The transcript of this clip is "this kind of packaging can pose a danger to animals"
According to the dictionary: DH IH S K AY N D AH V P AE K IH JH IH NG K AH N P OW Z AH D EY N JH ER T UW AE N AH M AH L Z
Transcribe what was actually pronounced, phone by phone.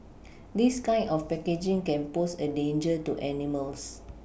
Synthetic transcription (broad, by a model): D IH S K AY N AH F P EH K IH JH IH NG K AH N P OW S AH D EY N JH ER T UW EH N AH M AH L S